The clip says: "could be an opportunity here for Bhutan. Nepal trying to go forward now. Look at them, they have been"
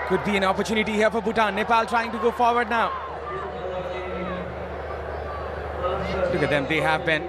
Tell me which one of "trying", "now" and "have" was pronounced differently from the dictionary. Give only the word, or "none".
none